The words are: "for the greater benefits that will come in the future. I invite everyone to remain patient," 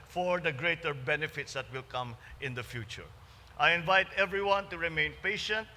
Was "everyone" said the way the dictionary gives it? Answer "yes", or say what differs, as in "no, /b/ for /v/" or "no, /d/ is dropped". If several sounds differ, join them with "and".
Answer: yes